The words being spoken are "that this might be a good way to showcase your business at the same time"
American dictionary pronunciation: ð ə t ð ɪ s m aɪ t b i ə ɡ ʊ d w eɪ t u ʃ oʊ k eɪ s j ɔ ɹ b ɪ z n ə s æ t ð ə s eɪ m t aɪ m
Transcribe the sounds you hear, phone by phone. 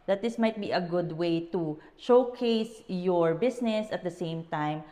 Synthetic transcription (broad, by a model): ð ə t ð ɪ s m aɪ t b i ə ɡ ʊ d w eɪ t u ʃ oʊ k eɪ s j ɔ ɹ b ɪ s n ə s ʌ t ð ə s eɪ m t aɪ m